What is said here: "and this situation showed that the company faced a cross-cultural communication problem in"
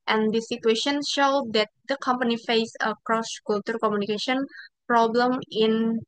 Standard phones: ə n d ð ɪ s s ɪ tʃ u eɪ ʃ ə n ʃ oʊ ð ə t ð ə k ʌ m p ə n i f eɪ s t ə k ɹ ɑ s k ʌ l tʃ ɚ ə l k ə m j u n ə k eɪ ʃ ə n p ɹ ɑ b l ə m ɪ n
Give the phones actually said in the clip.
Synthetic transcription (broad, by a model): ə n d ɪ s s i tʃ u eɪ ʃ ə n ʃ oʊ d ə t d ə k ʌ m p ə n i f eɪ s ə k ɹ ɑ s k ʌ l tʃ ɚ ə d k ə m j u n ə k eɪ ʃ ə n p ɹ ɑ b l ə m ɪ n